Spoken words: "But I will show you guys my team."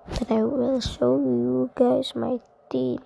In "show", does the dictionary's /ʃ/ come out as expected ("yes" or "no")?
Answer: no